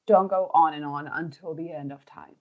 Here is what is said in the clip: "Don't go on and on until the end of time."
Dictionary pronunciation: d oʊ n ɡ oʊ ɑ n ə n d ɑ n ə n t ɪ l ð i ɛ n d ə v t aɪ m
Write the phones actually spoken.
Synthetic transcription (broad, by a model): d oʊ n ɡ oʊ ɑ n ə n ɑ n ə n t ɪ l ð i ɛ n d ə v t aɪ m